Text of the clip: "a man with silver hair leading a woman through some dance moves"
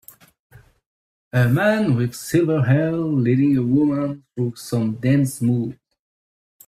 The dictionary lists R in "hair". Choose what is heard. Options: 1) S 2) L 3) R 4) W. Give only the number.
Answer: 2